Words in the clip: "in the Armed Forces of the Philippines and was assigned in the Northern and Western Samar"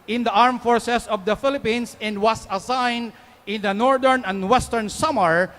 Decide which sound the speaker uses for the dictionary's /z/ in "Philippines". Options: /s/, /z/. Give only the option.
/s/